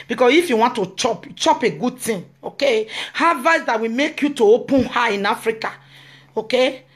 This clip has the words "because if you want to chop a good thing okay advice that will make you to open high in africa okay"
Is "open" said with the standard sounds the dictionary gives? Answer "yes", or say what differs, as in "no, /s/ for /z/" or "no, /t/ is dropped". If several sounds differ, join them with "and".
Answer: yes